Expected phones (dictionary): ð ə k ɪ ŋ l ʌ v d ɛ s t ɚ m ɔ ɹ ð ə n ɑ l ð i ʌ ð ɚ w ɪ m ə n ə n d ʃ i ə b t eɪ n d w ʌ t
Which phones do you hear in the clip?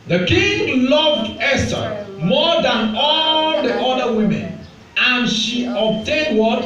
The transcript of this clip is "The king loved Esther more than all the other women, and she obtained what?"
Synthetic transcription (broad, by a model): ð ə k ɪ ŋ l ʌ v d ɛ s t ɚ m ɔ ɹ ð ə n ɑ l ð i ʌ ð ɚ w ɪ m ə n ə n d ʃ i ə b t eɪ n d w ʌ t